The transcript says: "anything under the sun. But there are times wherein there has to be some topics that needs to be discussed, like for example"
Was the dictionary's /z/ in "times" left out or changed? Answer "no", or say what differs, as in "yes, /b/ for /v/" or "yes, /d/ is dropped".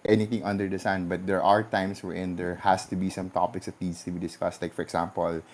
yes, /s/ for /z/